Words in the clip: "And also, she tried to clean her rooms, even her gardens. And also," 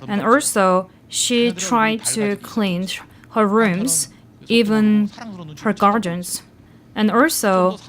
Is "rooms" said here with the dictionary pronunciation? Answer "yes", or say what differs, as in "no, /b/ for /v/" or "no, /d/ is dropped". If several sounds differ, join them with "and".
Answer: yes